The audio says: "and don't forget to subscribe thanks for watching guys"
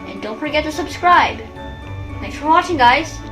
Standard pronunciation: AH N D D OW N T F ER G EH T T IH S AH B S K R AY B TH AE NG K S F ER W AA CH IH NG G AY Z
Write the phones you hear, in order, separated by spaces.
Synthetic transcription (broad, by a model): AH N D D OW N T F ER G EH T T IH S AH B S K R AY B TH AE K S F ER W AA CH IH NG G AY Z